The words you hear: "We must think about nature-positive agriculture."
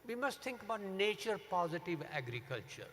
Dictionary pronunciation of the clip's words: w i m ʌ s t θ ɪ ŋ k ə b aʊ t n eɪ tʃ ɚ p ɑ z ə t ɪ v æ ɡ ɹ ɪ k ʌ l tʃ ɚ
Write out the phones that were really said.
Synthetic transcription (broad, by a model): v i m ʌ s t t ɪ ŋ k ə b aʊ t n eɪ tʃ ɚ p ɑ z ə t ɪ v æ ɡ ɹ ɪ k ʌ l tʃ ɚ